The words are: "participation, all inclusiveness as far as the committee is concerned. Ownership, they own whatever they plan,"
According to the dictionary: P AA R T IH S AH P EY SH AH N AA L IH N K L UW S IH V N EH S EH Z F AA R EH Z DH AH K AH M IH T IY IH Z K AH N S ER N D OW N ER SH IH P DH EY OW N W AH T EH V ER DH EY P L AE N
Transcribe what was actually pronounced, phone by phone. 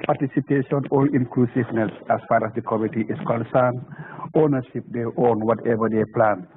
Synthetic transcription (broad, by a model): P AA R T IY S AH P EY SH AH N AA L IH N K L UW S IH V N EH S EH S F AA R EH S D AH K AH M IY T IY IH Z K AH N S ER N OW N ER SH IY P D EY OW N W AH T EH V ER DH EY P L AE N